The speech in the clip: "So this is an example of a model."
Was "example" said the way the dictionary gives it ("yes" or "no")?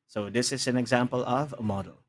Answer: yes